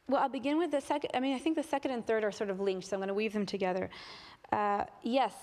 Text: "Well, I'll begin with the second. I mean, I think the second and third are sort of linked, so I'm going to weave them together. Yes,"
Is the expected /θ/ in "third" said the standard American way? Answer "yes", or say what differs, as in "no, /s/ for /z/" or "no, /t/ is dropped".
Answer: yes